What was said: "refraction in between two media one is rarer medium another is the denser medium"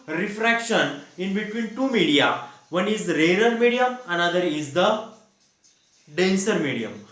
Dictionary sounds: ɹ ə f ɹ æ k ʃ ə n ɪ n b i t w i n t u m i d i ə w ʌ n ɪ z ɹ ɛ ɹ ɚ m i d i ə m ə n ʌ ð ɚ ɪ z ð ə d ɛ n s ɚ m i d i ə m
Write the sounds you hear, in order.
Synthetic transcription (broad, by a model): ɹ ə f ɹ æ k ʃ ə n ɪ n b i t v i n t u m i d i ə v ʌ n ɪ z ɹ ɛ ɹ ɚ m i d i ə m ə n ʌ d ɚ ɪ z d ə d ɛ n s ɚ m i d i ə m